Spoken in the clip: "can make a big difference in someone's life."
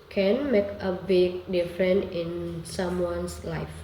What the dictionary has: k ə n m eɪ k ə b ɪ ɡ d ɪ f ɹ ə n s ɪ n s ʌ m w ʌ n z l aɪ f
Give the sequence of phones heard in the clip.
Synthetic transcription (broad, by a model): k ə n m eɪ k ə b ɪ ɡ d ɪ f ɹ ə n ɪ n s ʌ m w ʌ n s l aɪ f